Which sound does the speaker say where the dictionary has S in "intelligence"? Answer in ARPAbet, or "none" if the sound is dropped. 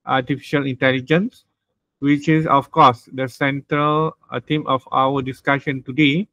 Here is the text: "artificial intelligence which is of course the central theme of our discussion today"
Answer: S